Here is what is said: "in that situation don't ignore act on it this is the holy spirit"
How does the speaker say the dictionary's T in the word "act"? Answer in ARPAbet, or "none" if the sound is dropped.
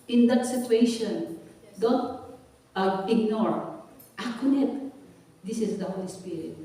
none